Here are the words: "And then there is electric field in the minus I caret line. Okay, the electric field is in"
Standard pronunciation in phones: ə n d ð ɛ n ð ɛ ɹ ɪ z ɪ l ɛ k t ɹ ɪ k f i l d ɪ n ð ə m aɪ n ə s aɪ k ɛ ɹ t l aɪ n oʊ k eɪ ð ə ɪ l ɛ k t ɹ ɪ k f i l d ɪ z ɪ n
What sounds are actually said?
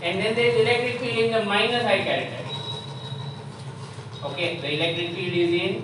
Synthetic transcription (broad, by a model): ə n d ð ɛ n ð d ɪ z ɪ l ɛ k t ɹ ɪ k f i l ɪ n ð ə m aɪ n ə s aɪ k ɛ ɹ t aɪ oʊ k eɪ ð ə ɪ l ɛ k t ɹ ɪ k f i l ɪ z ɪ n